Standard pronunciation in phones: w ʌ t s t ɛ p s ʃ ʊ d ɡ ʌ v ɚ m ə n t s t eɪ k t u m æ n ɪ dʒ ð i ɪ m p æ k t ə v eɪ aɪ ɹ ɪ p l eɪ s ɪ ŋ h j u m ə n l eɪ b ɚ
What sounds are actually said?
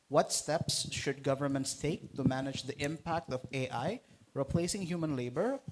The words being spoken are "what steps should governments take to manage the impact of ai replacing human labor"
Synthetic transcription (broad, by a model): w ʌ t s t ɛ p s ʃ ʊ d ɡ ʌ v ɚ m ə n t s t eɪ k t u m æ n ɪ dʒ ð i ɪ m p æ k t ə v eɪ aɪ ɹ ɪ p l eɪ s ɪ ŋ h j u m ə n l eɪ b ɚ